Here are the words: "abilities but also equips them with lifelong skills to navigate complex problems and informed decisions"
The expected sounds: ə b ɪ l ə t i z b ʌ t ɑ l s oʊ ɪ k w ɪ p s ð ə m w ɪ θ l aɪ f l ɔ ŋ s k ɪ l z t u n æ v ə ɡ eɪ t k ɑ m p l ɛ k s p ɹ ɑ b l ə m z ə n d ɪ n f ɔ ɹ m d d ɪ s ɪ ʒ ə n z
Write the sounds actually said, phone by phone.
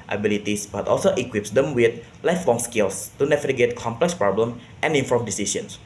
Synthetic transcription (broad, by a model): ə b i l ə t i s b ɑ t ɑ l s oʊ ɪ k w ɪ p s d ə m w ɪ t l aɪ f l ɔ ŋ s k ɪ l s t u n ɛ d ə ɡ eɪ t k ɑ m p l ɛ k s p ɹ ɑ b l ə m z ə n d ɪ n f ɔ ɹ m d d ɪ s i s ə n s